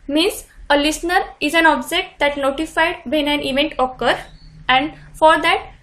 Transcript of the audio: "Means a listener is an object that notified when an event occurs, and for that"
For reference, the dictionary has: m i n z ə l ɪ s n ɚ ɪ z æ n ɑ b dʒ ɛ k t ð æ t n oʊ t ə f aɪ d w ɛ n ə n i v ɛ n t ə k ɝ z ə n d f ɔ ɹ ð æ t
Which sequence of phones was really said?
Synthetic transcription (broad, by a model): m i n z ə l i s n ɚ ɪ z æ n ɑ b dʒ ɛ k t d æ t n oʊ t ə f aɪ d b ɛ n ə n i v ɛ n t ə k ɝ ə n d f ɔ ɹ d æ t